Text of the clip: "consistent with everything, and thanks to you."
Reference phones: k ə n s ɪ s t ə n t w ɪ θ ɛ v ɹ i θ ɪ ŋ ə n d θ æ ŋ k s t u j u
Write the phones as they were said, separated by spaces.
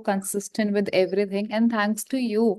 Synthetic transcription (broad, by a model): k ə n s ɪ s t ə n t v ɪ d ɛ v ɹ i t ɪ ŋ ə n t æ ŋ k s t u j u